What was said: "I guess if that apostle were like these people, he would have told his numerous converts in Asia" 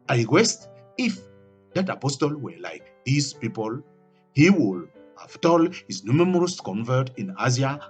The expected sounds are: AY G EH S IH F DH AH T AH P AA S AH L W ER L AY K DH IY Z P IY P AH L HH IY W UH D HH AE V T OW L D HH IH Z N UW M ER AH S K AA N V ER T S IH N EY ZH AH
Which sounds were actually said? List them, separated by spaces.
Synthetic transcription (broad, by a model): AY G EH S IH F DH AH T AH P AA S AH L W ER L AY K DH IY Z P IY P AH L HH IY W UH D HH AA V T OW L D HH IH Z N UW M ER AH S K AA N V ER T IH N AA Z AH